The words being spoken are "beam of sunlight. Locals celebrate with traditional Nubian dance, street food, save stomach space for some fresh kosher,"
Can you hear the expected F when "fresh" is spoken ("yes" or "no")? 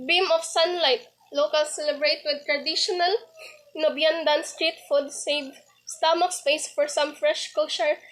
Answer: yes